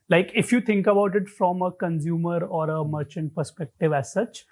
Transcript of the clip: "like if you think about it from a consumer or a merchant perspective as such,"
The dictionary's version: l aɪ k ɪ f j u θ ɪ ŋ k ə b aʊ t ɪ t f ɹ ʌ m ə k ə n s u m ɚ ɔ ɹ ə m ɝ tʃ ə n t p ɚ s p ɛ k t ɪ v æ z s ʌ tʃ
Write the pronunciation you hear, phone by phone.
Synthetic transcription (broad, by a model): l aɪ k ɪ f j u t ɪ ŋ k ə b aʊ t ɪ t f ɹ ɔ m ə k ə n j u m ɚ ɔ ɹ ə m ɝ tʃ ə n t p ɚ s p ɛ k t ɪ v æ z s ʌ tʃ